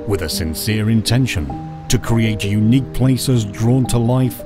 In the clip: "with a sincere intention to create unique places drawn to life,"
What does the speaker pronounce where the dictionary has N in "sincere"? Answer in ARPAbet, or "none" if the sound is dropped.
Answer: N